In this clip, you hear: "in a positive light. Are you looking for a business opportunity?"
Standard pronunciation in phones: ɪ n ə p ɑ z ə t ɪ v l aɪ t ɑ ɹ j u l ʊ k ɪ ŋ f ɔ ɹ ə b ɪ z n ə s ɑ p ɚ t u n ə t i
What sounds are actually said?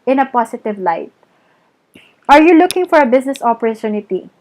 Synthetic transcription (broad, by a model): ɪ n ə p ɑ s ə t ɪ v l aɪ t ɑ ɹ j u l ʊ k ɪ ŋ f ɔ ɹ ə b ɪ s n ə s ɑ p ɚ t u n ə t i